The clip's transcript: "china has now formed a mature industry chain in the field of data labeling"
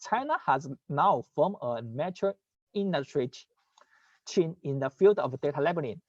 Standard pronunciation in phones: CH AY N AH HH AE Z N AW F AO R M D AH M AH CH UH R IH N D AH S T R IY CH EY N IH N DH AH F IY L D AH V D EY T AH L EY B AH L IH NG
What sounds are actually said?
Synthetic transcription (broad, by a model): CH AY N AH HH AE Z N AW F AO M AH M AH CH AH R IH N D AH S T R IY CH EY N IH N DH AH F IY L D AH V D EY T AH L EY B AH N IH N